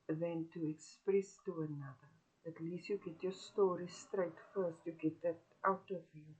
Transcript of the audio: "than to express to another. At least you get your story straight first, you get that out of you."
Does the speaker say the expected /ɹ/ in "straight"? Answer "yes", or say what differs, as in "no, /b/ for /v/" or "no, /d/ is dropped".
yes